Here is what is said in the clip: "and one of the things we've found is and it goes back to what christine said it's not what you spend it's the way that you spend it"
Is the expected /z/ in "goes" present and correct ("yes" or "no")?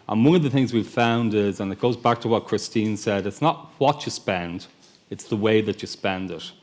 yes